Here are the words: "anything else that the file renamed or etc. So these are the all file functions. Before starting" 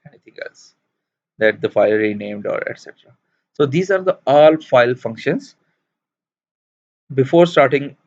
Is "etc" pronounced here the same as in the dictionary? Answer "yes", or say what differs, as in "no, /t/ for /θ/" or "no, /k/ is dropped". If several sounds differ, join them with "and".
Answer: yes